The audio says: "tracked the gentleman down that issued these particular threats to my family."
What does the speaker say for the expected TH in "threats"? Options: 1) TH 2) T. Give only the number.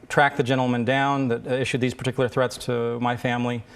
1